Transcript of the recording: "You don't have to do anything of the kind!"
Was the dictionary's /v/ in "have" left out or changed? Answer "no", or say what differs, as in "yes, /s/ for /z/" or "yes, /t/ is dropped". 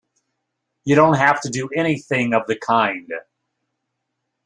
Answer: yes, /f/ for /v/